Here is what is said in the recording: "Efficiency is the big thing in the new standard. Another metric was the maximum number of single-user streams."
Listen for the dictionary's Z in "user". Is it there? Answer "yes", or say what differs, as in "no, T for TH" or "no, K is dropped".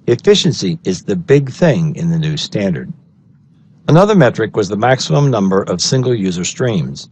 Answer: yes